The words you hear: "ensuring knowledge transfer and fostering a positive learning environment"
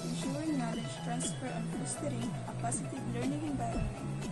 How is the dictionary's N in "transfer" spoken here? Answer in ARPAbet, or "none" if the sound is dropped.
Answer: N